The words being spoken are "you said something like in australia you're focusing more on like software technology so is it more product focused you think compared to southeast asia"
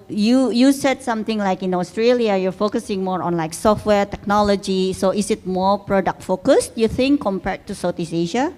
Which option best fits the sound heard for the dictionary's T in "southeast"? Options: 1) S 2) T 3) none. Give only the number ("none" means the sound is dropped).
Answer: 3